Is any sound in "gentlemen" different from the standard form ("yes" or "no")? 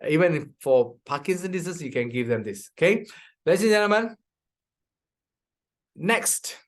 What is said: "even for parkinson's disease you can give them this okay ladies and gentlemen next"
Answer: yes